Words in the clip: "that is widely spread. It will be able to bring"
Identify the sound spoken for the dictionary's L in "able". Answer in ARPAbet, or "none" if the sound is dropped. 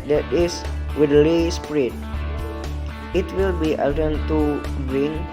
N